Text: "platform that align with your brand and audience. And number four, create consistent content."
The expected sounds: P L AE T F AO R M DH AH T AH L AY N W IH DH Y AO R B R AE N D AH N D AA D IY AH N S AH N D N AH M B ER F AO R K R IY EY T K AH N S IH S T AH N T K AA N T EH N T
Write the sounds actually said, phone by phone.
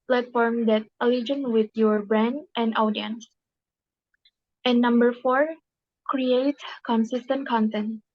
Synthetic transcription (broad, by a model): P L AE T F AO R M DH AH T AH L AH N W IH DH Y AO R B R AE N D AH N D AA D IY AH N S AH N N AH M B ER F AO R K R IY EY T K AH N S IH S T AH N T K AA N T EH N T